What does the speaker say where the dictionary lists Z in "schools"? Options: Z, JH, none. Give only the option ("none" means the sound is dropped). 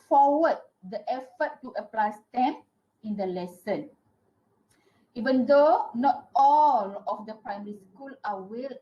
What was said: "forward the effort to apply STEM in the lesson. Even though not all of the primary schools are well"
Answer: none